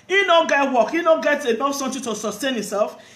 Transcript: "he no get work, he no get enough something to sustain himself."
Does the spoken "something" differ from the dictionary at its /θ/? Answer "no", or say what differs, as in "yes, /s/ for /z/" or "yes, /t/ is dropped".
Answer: yes, /t/ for /θ/